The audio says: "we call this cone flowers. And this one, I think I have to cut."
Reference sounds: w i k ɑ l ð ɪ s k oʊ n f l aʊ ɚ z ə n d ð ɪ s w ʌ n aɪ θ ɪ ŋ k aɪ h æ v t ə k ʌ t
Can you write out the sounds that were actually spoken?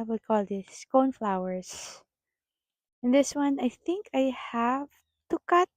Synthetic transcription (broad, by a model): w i k ɑ l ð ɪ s k oʊ n f l aʊ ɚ s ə n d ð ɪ s w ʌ n aɪ θ ɪ ŋ k aɪ h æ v t ə k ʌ t